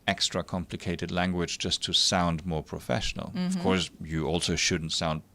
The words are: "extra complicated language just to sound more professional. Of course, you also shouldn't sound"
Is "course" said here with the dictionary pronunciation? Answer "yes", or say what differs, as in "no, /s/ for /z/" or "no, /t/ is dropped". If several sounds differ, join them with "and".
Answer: yes